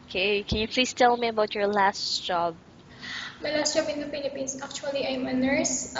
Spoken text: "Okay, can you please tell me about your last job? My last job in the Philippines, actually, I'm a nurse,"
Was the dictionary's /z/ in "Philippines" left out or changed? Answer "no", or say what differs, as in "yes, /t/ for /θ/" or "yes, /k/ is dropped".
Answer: yes, /s/ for /z/